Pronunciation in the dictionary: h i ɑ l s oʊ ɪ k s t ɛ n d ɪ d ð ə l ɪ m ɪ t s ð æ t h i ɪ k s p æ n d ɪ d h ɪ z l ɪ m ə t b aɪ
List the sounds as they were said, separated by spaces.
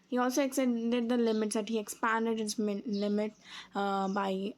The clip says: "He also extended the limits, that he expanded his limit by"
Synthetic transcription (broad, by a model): h i ɑ l s oʊ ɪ k s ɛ d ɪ d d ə l ɪ m ɪ t s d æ t h i ɪ k s p æ n d ɪ d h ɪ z l ɪ m ə t b aɪ